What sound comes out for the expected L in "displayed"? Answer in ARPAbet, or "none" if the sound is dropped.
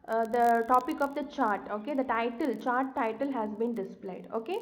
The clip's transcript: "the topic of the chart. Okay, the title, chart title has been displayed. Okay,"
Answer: L